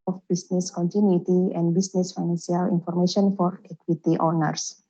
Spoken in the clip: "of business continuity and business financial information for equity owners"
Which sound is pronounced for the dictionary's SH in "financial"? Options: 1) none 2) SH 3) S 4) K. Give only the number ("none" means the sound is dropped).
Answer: 3